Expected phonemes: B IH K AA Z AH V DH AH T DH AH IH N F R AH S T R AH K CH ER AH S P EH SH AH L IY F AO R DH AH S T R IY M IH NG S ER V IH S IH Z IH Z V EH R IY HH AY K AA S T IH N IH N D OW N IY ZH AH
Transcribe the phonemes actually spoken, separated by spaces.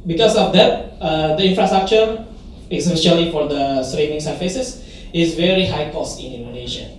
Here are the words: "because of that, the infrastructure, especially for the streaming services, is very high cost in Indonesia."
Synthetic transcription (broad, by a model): B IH K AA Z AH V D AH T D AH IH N F R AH S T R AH K CH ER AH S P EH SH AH L IY F AO R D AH S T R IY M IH NG S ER F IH S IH S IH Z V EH R IY HH AY K AA S T IH N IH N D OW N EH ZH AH